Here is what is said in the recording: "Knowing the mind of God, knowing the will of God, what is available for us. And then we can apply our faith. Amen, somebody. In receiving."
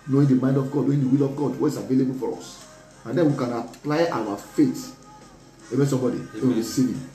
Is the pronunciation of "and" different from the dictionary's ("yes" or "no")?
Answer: no